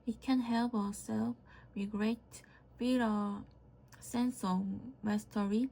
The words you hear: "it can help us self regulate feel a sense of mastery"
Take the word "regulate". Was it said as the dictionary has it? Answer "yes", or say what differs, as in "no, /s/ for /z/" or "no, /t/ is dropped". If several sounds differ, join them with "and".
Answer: no, /w/ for /ɹ/